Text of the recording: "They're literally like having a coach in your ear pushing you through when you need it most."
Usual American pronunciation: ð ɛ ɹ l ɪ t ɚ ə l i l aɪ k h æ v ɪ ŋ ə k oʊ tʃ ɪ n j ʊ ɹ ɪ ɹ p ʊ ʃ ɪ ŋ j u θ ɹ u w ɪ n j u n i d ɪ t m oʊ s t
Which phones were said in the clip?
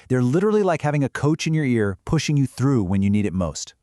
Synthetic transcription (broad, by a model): ð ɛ ɹ l ɪ t ɚ l i l aɪ k h æ v ɪ ŋ ə k oʊ tʃ ɪ n j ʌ ɹ ɪ ɹ p ʊ ʃ ɪ ŋ j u θ ɹ u w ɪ n j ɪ n i d ɪ t m oʊ s t